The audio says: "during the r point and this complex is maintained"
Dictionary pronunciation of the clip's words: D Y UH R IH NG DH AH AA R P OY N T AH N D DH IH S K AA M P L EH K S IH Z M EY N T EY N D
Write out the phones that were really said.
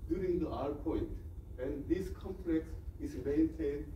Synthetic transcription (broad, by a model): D Y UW R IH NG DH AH AA R P OY N T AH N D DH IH S K AA M P L EH K S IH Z M EY N T EY N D